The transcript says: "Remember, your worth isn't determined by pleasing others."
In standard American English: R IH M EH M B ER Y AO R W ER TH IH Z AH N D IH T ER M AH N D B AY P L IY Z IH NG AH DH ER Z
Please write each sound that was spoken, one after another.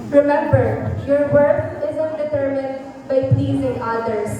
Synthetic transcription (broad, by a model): R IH M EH M B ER Y AO R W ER F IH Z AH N D IH T ER M AH N D B AY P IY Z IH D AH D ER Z